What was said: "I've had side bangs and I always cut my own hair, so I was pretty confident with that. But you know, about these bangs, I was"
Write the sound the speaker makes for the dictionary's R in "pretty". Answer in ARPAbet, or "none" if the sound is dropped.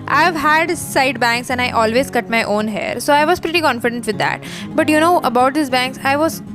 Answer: R